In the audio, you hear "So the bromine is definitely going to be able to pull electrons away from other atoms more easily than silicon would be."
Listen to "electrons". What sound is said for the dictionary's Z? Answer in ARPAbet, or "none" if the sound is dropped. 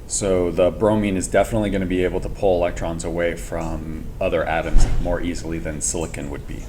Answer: Z